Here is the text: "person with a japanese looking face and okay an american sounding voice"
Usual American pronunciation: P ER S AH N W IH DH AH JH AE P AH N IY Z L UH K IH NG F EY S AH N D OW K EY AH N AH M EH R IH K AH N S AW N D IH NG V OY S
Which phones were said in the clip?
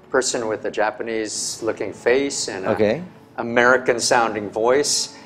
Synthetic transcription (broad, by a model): P ER S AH N W IH DH AH JH AE P AH N IY Z L UH K IH NG F EY S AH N OW K EY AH AH M EH R IH K AH N S AW N D IH NG V OY S